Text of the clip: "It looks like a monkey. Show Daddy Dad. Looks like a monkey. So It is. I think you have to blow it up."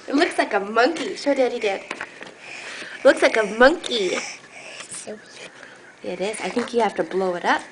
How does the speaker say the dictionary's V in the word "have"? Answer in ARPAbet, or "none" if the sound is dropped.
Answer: F